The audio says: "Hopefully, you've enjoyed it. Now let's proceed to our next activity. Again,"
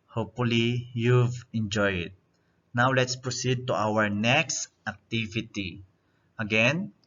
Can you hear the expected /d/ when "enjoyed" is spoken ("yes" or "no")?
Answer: no